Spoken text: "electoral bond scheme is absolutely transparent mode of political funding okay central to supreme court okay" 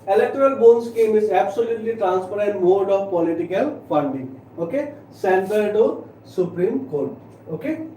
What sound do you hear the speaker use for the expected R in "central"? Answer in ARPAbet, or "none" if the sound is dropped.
none